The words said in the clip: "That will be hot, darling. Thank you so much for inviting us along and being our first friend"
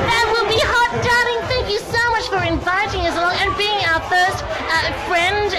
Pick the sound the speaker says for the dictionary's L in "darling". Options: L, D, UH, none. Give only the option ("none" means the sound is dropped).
none